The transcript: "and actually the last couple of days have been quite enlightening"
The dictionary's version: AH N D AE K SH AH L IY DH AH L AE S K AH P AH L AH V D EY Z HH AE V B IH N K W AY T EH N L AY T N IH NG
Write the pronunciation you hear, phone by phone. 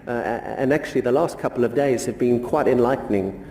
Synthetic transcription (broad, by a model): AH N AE K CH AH L IY DH AH L AE S K AH P L AH V D EY Z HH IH V B IH N K W AY T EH N L AY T N IH NG